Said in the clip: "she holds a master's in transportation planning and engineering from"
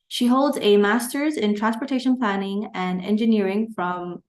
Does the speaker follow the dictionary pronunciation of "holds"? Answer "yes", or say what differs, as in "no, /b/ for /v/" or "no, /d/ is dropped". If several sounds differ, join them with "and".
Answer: yes